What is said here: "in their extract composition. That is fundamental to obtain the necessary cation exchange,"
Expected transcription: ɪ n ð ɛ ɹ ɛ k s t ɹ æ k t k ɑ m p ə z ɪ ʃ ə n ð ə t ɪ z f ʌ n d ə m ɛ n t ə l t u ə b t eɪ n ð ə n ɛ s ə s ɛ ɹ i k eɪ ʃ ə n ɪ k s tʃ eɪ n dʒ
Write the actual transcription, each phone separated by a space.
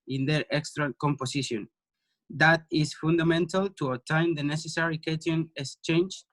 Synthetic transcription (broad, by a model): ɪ n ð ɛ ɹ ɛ k s t ɹ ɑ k k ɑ m p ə s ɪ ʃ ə n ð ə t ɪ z f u n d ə m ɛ n t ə l t u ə t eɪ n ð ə n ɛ s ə s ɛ ɹ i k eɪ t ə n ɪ k s tʃ eɪ n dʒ